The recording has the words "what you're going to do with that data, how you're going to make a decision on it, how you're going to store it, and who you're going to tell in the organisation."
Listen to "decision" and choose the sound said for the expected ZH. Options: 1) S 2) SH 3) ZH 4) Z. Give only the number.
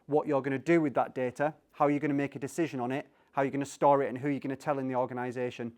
3